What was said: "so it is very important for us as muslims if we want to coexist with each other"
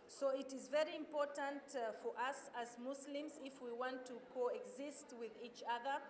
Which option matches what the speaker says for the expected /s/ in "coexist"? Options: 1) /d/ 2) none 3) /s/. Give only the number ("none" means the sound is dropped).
3